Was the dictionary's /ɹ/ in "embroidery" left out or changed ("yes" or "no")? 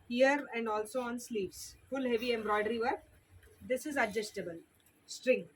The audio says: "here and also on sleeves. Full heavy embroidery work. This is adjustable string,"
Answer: no